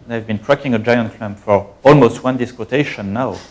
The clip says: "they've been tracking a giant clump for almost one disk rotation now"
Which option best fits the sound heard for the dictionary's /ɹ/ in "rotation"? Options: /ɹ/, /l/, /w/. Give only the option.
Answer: /w/